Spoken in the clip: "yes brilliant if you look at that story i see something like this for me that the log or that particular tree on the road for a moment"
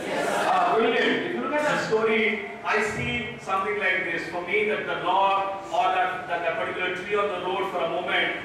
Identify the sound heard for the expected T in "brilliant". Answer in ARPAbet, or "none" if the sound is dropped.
none